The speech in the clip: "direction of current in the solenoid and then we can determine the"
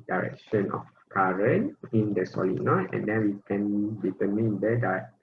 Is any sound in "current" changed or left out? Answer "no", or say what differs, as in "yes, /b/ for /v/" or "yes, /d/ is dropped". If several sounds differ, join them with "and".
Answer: yes, /t/ is dropped